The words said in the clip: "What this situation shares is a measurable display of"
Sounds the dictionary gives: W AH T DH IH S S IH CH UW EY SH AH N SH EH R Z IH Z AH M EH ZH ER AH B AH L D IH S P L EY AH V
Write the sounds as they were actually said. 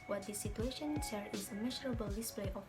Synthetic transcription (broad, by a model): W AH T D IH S S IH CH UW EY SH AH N S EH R IH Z AH M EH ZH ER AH B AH L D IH S P L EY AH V